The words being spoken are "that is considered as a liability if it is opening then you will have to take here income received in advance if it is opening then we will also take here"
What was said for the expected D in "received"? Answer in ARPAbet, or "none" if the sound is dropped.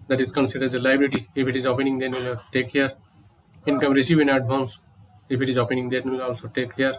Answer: none